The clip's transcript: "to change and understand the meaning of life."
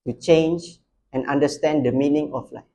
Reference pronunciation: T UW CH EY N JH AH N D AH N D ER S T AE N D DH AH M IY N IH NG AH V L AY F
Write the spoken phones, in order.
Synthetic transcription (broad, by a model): T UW CH EY N JH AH N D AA N D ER S T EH N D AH M IY N IH NG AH F L AY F